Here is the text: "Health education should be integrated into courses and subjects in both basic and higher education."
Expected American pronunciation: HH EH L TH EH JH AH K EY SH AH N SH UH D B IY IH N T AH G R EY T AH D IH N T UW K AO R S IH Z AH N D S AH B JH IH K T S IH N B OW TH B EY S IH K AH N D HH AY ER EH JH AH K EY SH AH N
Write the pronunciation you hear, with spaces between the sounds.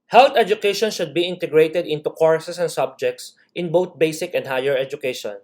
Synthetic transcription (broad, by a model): HH EH L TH EH JH AH K EY SH AH N SH UH D B IY IH N T AH G R EY T AH D IH N T UW K AO R S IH S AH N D S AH B JH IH K T S IH N B OW T B EY S IH K AH N D HH AY ER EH JH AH K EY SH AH N